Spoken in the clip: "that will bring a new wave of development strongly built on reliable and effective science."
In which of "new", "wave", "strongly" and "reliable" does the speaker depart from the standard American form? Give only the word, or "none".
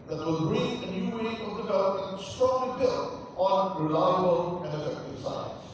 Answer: wave